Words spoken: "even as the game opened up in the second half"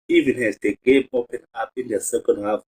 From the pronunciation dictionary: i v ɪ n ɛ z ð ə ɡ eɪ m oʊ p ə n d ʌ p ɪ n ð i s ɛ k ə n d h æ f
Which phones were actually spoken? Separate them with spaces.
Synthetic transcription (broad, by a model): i v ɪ n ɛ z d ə ɡ eɪ m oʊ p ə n ɑ p ɪ n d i s ɛ k ə n d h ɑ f